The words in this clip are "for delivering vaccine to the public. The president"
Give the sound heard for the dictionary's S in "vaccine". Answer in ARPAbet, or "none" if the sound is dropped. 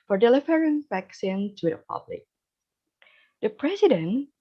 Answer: S